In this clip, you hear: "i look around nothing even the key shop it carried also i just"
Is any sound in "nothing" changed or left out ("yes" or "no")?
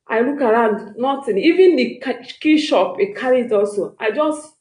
yes